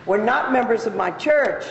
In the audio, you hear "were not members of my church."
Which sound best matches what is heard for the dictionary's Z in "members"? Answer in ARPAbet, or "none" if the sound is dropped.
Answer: Z